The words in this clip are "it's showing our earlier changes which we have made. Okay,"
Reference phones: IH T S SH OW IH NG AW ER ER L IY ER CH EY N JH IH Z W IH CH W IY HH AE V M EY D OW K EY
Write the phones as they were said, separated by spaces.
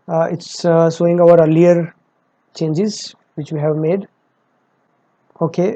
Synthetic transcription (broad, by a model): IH T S S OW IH NG AW ER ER L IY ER CH EY N JH IH Z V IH CH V IY HH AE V M EY D OW K EY